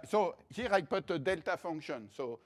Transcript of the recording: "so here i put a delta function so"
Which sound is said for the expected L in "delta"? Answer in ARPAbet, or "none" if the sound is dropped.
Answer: L